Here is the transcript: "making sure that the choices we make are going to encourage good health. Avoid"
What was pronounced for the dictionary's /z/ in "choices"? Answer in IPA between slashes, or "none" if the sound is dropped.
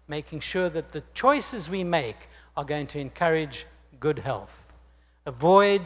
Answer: /z/